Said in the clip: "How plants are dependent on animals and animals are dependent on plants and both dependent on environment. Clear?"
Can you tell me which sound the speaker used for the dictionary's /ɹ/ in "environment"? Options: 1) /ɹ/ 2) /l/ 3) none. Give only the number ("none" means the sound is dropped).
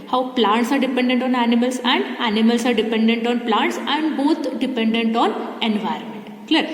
1